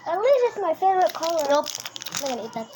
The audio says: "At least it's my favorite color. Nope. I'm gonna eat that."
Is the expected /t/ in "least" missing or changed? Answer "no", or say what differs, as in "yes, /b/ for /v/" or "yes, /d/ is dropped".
yes, /t/ is dropped